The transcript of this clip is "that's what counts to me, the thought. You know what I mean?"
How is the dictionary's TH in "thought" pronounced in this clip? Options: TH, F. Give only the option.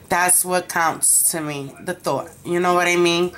TH